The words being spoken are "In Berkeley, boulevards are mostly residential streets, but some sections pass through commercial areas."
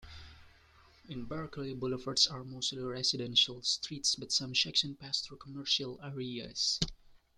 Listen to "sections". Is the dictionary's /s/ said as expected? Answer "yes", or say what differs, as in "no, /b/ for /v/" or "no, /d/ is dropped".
no, /ʃ/ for /s/